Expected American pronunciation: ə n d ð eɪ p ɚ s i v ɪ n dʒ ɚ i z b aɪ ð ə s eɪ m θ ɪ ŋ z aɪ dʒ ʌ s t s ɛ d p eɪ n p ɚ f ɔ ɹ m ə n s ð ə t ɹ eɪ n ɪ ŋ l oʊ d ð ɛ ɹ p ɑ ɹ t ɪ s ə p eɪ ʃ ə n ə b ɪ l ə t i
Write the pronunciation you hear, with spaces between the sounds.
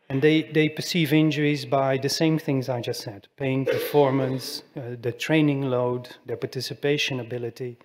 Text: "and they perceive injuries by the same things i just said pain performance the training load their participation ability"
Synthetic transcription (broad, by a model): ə n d ð eɪ p ɚ s i v ɪ n dʒ ɚ i z b aɪ ð ə s eɪ m θ ɪ ŋ z aɪ dʒ ʌ s t s ɛ d p eɪ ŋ p ɚ f ɔ ɹ m ə n s ð ə t ɹ eɪ n ɪ ŋ l oʊ d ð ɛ ɹ p ɑ ɹ t ɪ s ə p eɪ ʃ ə n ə b ɪ l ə t i